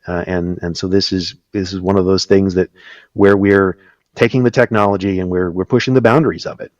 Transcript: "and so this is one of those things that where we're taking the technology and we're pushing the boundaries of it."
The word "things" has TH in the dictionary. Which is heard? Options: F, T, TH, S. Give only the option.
TH